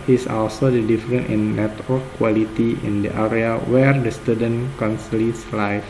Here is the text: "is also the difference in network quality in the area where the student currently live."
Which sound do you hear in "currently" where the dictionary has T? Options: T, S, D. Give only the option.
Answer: S